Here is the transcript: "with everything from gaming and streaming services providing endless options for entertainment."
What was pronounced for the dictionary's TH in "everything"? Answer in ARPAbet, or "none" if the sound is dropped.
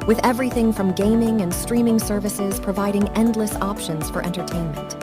TH